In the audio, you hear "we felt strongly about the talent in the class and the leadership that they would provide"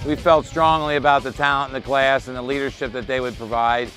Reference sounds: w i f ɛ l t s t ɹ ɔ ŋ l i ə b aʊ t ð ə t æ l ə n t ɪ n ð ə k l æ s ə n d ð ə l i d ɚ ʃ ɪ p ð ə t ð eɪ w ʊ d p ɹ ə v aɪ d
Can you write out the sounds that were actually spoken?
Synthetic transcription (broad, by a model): w i f ɛ l t s t ɹ ɔ ŋ l i ə b aʊ t ð ə t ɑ ə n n ð ə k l æ s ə n ð ə l i d ɚ ʃ ɪ p ð ə t ð eɪ w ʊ d p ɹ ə v aɪ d